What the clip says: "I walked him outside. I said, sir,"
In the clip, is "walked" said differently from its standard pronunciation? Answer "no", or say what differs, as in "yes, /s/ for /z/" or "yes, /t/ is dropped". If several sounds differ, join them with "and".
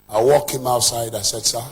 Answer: yes, /t/ is dropped